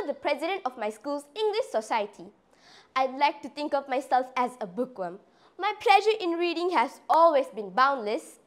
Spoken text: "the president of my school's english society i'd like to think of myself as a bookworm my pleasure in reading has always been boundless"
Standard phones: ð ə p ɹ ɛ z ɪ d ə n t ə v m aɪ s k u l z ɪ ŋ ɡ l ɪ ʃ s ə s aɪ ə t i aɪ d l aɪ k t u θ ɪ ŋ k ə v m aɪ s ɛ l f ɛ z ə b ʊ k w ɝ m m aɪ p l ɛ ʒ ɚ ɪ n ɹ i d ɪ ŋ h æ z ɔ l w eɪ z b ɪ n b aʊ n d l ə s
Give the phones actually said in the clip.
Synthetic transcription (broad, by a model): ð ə p ɹ ɛ z ɪ d ə n t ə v m aɪ s k u l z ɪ ŋ ɡ l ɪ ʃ s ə s aɪ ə t i aɪ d l aɪ k t u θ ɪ ŋ k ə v m aɪ s ɛ l f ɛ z ə b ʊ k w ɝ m m aɪ p l ɛ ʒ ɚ ɪ n ɹ i d ɪ ŋ h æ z ɔ l w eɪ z b ɪ n b aʊ n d l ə s